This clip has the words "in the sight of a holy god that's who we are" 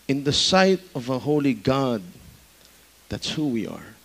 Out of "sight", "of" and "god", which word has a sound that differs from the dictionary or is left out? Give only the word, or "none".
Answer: none